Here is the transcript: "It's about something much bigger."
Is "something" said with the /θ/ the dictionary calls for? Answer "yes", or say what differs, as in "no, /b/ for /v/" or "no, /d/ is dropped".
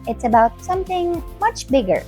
yes